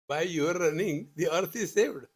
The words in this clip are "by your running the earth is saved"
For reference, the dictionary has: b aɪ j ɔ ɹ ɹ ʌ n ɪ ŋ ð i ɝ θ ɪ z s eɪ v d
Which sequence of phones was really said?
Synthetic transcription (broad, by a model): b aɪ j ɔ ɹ ɹ ʌ n ɪ ŋ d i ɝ t ɪ z s eɪ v d